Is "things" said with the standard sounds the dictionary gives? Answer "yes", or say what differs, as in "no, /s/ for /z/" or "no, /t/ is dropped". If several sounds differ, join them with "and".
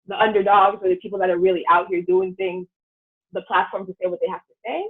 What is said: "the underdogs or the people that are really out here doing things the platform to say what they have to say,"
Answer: yes